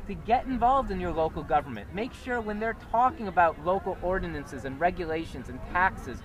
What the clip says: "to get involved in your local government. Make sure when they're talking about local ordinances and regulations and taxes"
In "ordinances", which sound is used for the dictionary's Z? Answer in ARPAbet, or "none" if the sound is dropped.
Z